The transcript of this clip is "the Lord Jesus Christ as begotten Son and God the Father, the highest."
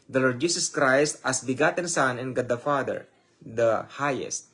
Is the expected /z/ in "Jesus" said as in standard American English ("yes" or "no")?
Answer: no